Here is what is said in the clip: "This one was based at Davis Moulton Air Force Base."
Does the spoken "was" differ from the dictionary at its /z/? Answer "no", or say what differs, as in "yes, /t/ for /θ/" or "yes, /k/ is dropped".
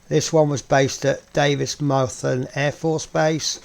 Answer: no